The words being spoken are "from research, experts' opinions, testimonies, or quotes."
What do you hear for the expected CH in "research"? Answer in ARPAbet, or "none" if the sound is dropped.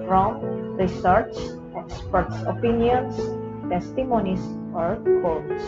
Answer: S